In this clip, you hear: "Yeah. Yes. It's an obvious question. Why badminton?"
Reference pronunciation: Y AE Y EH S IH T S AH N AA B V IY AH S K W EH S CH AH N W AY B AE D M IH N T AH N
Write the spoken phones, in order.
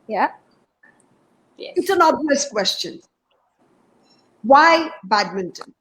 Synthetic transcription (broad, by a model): Y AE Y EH IH T S AH N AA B IY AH S K W EH S CH AH N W AY B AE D M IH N T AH N